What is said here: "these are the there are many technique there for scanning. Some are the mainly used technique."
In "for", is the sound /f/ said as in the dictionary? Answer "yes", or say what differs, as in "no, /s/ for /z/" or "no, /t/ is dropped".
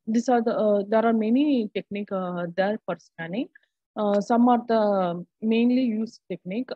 no, /p/ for /f/